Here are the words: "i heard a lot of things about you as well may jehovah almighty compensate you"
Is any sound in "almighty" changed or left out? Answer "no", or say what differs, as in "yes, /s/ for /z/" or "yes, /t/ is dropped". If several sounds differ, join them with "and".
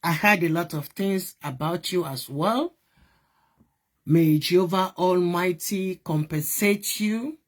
no